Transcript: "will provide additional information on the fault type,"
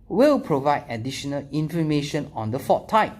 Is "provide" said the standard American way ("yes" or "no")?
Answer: yes